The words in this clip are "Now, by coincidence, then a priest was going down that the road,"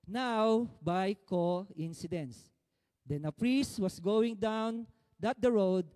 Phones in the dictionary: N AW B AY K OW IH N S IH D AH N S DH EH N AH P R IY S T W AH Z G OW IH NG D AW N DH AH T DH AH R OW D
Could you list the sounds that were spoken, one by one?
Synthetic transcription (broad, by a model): N AW B AY K OW IH N S IH D AH N S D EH N AH P R IY S T W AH S G OW IH NG D AW N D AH T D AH R OW D